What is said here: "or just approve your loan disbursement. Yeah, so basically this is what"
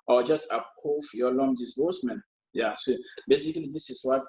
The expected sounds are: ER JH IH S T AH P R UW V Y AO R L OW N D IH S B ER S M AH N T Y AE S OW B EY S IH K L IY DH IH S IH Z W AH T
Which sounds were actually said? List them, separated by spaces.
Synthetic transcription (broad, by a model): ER JH IH S T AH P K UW F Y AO L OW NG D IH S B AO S M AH N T Y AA S OW B EY S IH K L IY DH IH S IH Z W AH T